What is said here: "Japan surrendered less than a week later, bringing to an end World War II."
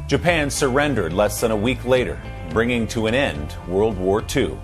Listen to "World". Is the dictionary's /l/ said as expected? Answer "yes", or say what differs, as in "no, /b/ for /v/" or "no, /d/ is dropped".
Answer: yes